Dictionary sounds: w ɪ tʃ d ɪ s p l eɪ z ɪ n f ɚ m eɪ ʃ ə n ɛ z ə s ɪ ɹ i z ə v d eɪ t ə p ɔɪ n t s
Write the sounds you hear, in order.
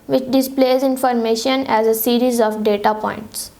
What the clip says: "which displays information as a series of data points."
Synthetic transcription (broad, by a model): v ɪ tʃ d ɪ s p l eɪ z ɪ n f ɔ m eɪ ʃ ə n ɛ z ə s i ɹ i z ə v d eɪ t ə p ɔɪ n t s